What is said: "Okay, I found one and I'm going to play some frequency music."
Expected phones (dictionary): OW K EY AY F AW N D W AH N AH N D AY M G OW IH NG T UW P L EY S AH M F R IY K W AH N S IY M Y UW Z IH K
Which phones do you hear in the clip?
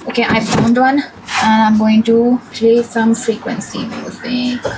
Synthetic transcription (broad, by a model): OW K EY AY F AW N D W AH N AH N AY M G OW IH NG T UW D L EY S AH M F R IY K W AH N S IY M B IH